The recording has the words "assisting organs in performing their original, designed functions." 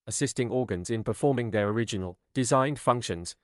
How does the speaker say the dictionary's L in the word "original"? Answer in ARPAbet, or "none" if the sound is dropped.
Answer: L